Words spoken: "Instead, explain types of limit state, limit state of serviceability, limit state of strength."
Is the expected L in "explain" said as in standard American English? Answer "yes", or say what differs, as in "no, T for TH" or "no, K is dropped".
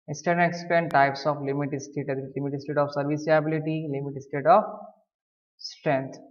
no, L is dropped